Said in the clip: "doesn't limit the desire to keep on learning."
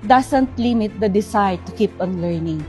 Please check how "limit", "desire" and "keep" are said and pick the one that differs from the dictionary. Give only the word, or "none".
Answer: desire